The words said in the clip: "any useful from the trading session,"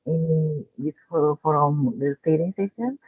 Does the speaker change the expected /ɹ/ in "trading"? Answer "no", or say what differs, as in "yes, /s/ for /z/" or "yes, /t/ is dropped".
yes, /ɹ/ is dropped